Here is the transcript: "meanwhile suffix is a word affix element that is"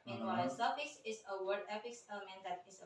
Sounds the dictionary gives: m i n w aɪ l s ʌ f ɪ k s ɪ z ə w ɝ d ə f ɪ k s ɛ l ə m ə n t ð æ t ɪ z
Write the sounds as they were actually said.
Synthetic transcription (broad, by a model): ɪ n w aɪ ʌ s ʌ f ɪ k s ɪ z ə w ɝ d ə p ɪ k s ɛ l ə m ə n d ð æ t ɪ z